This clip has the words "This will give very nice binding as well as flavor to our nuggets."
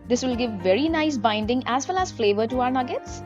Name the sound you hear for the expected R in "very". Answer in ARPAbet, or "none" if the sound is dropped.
R